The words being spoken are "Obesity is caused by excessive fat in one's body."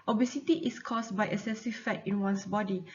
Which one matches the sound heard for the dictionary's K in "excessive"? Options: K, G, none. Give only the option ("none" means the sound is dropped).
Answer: none